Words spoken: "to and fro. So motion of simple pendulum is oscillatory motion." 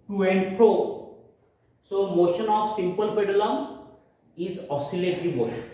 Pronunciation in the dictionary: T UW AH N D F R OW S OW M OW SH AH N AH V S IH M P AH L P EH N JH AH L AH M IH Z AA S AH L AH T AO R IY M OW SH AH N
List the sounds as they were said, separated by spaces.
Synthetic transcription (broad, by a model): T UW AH N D P R OW S OW M OW SH AH N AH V S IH M P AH L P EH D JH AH L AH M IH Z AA S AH L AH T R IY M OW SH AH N